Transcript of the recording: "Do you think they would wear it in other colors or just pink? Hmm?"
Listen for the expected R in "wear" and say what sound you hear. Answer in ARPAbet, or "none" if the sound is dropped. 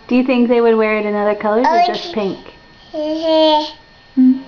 R